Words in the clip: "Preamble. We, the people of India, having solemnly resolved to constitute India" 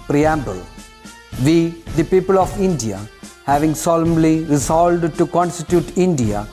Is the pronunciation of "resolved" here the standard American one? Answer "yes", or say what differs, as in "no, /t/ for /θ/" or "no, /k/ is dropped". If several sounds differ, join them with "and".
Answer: no, /v/ is dropped